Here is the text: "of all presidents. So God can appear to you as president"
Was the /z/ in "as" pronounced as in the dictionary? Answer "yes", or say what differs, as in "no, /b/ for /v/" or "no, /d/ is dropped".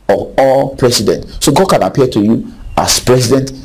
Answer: no, /s/ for /z/